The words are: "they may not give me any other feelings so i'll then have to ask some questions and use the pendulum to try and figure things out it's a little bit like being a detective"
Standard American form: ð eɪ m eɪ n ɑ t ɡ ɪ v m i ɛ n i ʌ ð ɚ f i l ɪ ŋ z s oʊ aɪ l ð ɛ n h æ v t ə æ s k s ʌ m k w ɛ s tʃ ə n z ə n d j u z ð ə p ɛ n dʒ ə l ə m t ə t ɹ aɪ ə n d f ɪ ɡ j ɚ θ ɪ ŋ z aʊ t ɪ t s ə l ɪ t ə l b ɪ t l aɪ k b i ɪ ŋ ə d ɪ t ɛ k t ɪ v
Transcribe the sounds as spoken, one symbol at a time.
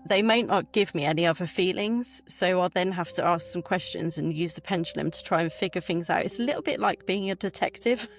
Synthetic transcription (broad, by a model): ð eɪ m eɪ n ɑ t ɡ ɪ v m i ɛ n i ʌ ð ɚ f i l ɪ ŋ z s oʊ aɪ l ð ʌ n h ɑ f t ə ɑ s k s ʌ m k w ɛ s tʃ ə n z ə n j u z ð ə p ɛ n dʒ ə l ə m t ə t ɹ aɪ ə n f ɪ ɡ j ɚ θ ɪ ŋ z aʊ t ɪ t s ə l ɪ t l b ɪ t l aɪ k b i ɪ ŋ ə d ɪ t ɛ k t ɪ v